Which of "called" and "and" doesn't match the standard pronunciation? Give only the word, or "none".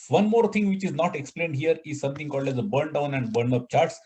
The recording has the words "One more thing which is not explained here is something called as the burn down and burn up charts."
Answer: none